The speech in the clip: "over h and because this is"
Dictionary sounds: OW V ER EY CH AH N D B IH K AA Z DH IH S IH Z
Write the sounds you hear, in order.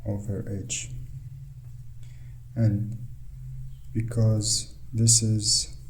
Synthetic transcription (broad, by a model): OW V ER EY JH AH N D B IH K AA Z DH IH S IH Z